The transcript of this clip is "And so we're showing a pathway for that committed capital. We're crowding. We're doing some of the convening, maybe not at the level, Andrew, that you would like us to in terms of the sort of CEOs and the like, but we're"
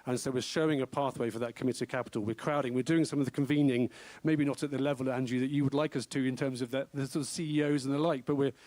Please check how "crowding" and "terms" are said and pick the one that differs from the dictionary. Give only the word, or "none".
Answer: none